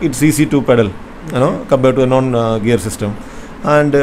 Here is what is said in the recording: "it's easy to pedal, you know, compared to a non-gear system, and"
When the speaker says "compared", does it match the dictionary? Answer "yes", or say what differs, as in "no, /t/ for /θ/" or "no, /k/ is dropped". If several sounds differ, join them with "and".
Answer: no, /b/ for /p/